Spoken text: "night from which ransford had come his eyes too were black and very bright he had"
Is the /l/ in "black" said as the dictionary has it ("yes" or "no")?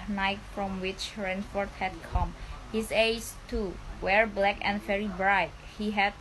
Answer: yes